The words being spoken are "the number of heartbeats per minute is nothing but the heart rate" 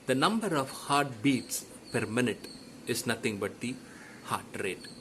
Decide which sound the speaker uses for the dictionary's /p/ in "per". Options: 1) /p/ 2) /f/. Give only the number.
1